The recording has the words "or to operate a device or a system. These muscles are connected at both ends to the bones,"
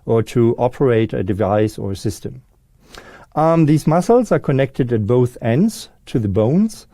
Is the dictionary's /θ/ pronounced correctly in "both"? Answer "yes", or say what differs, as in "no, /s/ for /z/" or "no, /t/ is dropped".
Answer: yes